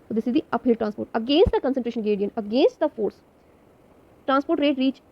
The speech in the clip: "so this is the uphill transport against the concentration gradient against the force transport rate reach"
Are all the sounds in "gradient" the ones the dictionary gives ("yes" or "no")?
no